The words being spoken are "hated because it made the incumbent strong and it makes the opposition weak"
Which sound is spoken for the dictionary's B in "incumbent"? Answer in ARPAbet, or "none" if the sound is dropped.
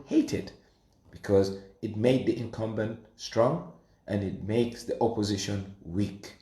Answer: B